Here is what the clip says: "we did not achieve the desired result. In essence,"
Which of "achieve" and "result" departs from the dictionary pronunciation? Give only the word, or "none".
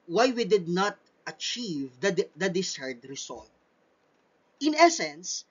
result